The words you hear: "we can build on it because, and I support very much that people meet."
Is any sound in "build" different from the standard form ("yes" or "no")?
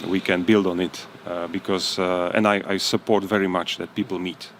no